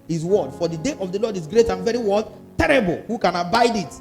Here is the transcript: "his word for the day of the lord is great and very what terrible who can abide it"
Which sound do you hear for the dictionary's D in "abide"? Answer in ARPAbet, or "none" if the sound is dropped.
D